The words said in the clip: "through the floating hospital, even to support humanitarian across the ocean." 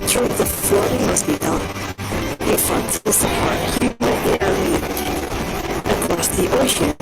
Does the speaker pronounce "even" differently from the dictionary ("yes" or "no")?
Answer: yes